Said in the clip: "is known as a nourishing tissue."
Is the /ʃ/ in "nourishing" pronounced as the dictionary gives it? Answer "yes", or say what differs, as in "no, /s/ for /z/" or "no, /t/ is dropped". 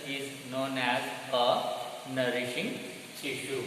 yes